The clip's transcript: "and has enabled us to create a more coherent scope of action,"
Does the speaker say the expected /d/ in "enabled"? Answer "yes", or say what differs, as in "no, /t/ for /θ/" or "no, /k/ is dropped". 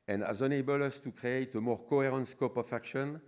no, /d/ is dropped